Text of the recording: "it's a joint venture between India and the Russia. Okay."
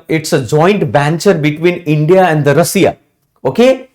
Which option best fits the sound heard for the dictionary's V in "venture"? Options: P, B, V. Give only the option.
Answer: B